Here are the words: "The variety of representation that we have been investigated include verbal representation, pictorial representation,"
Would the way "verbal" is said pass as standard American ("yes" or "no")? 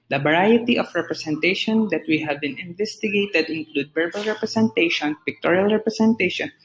no